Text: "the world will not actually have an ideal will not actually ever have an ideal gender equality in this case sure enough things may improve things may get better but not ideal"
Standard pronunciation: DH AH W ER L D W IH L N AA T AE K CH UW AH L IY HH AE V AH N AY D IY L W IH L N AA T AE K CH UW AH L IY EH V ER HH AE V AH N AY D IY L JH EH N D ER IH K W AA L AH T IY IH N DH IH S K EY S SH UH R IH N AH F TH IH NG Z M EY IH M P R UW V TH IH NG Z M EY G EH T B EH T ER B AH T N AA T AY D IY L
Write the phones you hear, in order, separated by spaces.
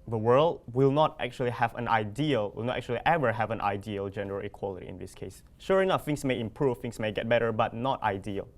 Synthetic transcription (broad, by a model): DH AH W ER L D W IH L N AA T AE K CH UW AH L IY HH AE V AH N AY D IY L W IH L N AA T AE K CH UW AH L IY EH V ER HH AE V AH N AY D IY L JH EH N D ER IH K W AA L AH T IY IH N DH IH S K EY S SH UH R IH N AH F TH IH NG S M EY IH M P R UW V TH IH NG S M EY G EH T B EH T ER B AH T N AA T AY D IY L